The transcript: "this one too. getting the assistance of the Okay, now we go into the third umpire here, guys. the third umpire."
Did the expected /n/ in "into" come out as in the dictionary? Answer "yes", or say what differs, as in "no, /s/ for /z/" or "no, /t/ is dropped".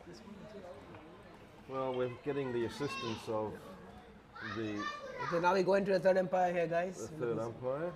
yes